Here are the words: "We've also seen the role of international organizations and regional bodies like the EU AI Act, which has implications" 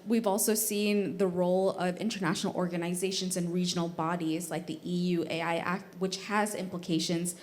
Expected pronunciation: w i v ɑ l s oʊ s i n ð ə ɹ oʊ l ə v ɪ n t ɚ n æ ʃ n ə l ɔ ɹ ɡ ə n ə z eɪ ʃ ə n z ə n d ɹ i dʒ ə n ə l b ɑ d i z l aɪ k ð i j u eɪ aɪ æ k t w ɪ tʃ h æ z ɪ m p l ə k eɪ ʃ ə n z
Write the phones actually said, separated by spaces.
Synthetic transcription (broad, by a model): w i v ɑ l s oʊ s i n ð ə ɹ oʊ l ə v ɪ n t ɚ n æ ʃ n l ɔ ɹ ɡ ə n ə z eɪ ʃ ə n z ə n ɹ i dʒ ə n l b ɑ d i z l aɪ k ð i j u eɪ aɪ æ k t w ɪ tʃ h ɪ z ɪ m p l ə k eɪ ʃ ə n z